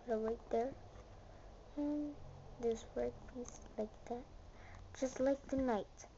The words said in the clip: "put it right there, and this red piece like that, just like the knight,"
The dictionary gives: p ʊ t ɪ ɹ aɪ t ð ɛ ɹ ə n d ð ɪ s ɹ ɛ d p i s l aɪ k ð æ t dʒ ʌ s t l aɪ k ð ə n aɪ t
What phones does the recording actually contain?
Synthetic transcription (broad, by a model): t ɪ w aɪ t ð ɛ ɹ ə n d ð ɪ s w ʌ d p i s l aɪ k ð æ t dʒ ʌ s t l aɪ k ð ə n aɪ t